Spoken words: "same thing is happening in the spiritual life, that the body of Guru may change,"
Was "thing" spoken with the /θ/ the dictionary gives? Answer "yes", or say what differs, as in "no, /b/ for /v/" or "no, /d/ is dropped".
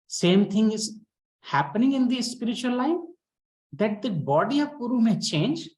no, /t/ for /θ/